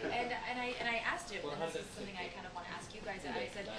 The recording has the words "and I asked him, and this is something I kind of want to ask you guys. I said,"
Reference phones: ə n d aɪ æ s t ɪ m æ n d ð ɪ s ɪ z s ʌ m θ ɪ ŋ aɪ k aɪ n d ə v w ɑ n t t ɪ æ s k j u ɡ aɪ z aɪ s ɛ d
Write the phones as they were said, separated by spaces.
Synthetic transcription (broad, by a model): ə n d aɪ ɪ t ɪ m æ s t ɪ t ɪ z s ʌ m θ ɪ ŋ aɪ k aɪ n d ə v w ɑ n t t ɪ æ s k j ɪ ɡ aɪ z aɪ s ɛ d